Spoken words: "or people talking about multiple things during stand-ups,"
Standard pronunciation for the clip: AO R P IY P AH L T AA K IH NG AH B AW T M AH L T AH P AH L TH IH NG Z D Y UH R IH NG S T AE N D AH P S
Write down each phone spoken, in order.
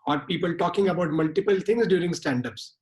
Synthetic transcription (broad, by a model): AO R P IY P AH L T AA K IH NG AH B AW T M AH L T AH P AH L T IH NG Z D Y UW R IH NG S T AE N D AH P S